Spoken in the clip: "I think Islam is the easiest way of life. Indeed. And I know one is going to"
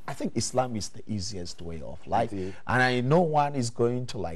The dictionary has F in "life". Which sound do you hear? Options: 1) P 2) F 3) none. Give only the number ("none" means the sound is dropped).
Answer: 3